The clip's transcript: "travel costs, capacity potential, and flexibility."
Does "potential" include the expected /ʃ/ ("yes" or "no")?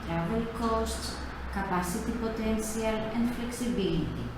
no